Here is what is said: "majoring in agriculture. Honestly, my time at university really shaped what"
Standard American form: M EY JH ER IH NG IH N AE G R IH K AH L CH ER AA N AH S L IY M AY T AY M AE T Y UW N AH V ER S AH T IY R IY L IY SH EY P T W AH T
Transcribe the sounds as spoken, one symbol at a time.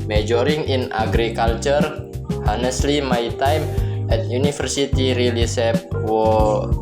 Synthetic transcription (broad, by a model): M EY JH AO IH NG IH N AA G R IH K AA L CH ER AA N AH S L IY M AY T AY M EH T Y UW N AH F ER S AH T IY R IY L IY S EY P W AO